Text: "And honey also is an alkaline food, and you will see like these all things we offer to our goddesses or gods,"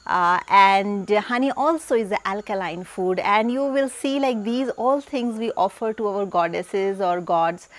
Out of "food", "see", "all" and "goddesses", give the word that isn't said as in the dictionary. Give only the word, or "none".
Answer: none